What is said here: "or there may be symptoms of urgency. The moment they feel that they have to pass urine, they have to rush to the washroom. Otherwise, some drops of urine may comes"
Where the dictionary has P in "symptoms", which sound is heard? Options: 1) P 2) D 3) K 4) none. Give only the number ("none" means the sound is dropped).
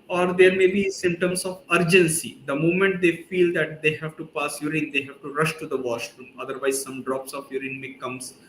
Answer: 4